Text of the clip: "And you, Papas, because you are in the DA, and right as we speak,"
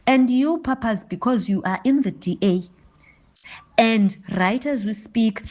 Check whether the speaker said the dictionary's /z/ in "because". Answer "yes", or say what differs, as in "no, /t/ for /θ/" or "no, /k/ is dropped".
yes